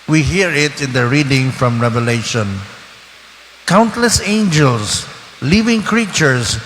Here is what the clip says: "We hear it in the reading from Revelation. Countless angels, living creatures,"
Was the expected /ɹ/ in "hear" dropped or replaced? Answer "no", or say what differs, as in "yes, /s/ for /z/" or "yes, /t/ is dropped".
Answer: no